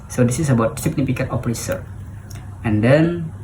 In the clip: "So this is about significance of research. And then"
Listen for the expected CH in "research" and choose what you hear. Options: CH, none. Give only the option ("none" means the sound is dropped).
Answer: none